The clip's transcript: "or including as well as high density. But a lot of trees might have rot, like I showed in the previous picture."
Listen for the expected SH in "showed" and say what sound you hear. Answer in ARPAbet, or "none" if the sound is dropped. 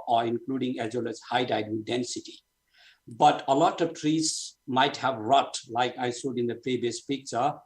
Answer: S